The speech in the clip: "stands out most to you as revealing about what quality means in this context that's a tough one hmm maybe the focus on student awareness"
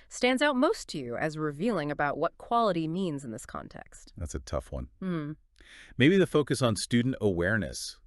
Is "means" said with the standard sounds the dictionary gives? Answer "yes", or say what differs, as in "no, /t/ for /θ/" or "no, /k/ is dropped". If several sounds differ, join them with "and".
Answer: yes